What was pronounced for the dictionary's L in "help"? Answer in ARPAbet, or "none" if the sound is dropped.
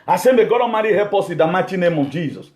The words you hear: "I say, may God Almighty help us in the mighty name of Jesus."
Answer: none